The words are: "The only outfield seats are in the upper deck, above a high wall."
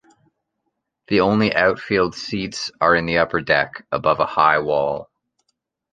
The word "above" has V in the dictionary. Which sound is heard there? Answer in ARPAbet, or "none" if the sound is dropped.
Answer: V